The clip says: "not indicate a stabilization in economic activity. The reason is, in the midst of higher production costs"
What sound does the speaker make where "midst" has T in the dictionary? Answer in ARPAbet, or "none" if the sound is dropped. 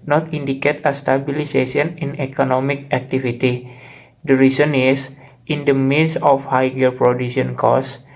none